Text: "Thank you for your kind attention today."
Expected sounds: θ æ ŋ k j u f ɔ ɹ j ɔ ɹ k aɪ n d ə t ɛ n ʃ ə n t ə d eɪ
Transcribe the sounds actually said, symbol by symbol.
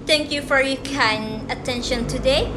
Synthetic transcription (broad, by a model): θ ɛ ŋ k j u f ɔ ɹ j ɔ k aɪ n ə t ɛ n ʃ ə n t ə d eɪ